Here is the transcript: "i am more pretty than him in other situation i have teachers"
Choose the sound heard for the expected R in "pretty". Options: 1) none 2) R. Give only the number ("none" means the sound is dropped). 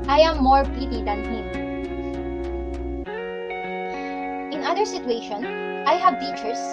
1